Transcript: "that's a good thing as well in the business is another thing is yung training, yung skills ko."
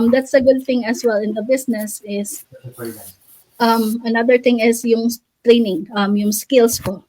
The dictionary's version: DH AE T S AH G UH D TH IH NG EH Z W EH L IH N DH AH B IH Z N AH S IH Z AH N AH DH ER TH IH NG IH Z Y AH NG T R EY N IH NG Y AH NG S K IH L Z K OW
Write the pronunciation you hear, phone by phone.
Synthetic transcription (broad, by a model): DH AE T S AH G UH D TH IH NG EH S W EH L IH N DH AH B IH S N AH S IH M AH N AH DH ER TH IH NG IH S Y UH NG T R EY N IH NG Y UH NG S K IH L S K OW